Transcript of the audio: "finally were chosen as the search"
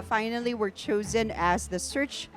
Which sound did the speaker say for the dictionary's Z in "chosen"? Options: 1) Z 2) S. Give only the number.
1